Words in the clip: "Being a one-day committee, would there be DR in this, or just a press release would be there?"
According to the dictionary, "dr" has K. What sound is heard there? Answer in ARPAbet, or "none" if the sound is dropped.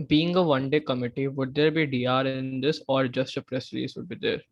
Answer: none